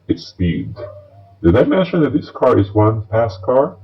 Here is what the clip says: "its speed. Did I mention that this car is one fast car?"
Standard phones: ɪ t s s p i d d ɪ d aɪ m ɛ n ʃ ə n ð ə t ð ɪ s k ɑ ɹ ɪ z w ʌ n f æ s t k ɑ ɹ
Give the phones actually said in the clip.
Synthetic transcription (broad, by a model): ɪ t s s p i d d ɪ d aɪ m ɛ n ʃ ə n ð ə t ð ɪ s k ɑ ɹ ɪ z w ʌ n p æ s k ɑ ɹ